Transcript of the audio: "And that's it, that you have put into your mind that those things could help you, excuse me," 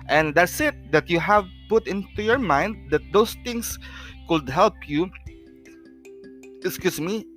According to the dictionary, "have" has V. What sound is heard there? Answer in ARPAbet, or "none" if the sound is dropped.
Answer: V